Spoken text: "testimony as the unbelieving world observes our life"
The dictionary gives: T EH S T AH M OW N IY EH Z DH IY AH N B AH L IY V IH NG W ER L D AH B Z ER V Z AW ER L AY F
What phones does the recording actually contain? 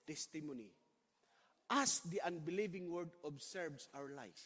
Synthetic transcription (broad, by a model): T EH S T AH M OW N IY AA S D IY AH N B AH L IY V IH NG W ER D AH B S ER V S AW ER L AY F